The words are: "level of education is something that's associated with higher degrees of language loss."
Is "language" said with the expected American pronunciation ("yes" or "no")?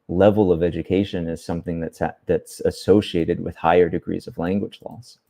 yes